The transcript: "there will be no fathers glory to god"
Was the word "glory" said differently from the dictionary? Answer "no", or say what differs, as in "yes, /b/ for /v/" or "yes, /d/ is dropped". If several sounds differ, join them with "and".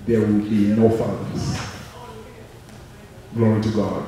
yes, /ɹ/ is dropped